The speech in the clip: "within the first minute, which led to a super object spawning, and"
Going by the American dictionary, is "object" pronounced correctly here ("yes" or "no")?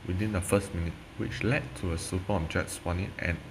no